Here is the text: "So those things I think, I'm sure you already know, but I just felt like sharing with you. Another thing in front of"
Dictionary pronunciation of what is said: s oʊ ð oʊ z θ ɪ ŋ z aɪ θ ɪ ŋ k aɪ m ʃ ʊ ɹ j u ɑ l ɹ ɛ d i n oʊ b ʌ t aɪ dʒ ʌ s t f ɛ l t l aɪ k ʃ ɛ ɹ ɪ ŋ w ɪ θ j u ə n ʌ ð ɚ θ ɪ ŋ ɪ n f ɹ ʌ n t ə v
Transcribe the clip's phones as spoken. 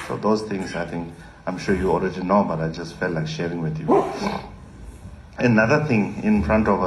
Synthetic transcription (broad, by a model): s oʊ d oʊ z t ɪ ŋ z aɪ t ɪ ŋ k aɪ m ʃ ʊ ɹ j u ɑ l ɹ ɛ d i n oʊ b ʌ t aɪ dʒ ʌ s t f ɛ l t l aɪ k ʃ ɛ ɹ ɪ ŋ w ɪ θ j u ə n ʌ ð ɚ t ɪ ŋ ɪ n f ɹ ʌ n t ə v